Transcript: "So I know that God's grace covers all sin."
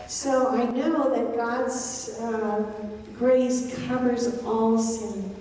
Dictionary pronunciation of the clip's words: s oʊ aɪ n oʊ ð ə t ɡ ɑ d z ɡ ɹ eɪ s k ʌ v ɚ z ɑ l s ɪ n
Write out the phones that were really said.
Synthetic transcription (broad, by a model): s oʊ aɪ n oʊ ð ə t ɡ ɑ d z ɡ ɹ eɪ s k ʌ v ɚ z ɑ l s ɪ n